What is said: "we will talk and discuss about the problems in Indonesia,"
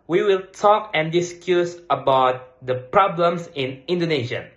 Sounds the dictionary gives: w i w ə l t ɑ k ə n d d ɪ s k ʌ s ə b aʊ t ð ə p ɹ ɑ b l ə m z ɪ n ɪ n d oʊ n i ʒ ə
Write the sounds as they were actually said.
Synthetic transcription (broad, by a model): w i w ə l t ɑ k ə n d d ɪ s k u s ə b aʊ t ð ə p ɹ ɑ b l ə m s ɪ n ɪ n d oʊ n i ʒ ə